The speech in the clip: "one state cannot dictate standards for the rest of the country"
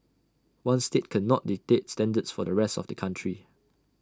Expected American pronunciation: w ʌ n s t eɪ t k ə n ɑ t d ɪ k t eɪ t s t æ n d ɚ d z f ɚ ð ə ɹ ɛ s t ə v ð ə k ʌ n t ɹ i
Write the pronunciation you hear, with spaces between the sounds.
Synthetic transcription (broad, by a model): w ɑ n s t eɪ t k ə n ɑ t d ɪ t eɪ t s t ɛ n d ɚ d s f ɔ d ə ɹ ɛ s t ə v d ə k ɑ n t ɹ i